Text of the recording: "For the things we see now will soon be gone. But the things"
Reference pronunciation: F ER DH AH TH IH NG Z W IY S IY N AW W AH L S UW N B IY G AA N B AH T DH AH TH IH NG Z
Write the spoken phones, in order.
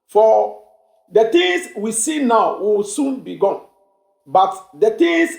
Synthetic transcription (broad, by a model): F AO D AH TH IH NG S W IY S IY N AW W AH W S UW N B IY G AA N B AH T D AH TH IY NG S